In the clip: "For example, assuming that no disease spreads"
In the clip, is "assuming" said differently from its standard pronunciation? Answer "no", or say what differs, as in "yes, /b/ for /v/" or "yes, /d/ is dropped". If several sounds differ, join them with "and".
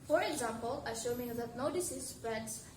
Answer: yes, /ʃ/ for /s/